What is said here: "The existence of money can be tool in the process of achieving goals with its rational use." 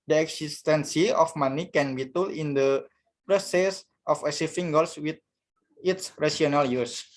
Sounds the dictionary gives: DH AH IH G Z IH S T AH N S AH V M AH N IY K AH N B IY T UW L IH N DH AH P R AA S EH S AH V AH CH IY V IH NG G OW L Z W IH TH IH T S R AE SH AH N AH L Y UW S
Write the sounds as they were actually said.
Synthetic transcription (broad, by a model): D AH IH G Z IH S T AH N S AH F M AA N IY K AH N B IY T UW L IH N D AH P R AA S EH S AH F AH S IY F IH NG G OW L S W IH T IH T S R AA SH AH N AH L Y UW S